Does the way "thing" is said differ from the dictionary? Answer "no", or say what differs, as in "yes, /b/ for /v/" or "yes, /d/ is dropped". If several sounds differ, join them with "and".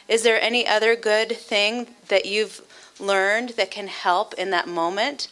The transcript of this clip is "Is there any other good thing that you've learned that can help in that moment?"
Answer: no